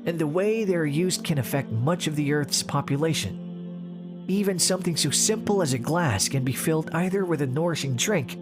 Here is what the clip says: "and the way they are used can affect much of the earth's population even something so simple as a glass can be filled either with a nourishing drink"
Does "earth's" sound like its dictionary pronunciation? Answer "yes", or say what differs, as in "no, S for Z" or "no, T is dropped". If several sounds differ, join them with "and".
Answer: yes